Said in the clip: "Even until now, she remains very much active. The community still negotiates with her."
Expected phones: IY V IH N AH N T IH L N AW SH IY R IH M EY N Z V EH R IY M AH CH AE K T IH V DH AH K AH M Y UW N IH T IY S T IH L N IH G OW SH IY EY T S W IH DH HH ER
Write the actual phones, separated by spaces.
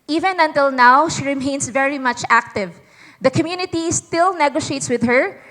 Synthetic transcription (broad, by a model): IY V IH N AH N T IH L N AW SH IY R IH M EY N S V EH R IY M AH CH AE K T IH V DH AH K AH M Y UW N IH T IY S T IH L N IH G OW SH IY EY T S W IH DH HH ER